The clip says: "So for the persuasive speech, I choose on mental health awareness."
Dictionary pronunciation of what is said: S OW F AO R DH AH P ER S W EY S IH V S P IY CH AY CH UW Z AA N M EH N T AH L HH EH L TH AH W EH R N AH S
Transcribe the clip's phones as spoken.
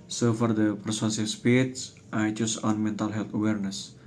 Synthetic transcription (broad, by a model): S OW F AO R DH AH P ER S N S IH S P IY S AY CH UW S AA N M EH N T AH L HH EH L T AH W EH R N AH S